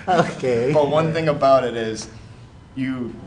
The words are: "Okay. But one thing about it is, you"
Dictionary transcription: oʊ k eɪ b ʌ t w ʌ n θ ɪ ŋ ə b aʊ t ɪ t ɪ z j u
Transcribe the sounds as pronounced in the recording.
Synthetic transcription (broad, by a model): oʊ k eɪ b ʌ t w ʌ n θ ɪ ŋ ə b aʊ t ɪ t ɪ z j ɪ